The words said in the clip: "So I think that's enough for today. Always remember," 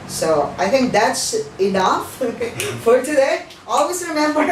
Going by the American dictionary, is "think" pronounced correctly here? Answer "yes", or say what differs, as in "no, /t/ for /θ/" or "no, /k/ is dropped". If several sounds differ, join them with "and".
no, /t/ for /θ/